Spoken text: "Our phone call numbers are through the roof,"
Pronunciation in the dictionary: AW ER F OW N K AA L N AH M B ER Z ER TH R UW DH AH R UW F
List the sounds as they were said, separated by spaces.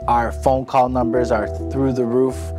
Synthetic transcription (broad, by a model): AW ER F OW N K AA L N AH M B ER Z ER TH R UW DH AH R UW F